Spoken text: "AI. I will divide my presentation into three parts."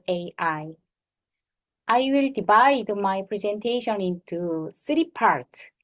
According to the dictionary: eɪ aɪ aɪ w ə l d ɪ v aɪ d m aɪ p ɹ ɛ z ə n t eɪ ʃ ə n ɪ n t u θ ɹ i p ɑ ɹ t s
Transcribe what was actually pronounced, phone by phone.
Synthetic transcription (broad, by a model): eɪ aɪ aɪ w ə l d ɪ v aɪ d m aɪ p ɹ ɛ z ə n t eɪ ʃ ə n ɪ n t u s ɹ i p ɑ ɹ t